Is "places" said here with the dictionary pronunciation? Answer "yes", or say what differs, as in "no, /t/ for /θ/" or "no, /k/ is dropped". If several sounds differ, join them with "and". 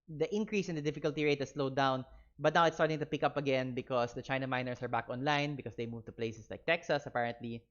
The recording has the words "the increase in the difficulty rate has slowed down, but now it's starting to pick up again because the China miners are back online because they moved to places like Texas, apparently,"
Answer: no, /s/ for /z/